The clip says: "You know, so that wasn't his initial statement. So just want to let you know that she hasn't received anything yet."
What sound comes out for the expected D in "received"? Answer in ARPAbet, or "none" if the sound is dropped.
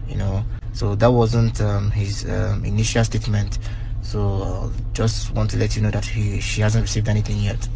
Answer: D